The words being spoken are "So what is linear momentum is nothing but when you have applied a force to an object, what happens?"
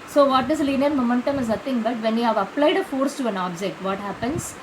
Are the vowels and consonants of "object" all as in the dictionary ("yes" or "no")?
yes